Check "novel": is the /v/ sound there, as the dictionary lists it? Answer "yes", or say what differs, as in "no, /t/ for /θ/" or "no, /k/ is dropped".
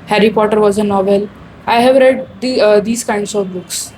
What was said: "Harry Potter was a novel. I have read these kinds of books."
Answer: yes